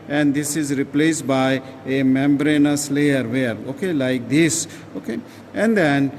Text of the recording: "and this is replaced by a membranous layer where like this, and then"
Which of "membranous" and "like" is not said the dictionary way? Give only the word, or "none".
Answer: none